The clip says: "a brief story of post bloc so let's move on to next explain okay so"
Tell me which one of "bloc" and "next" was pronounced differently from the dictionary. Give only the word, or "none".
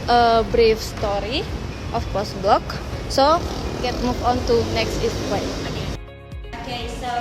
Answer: none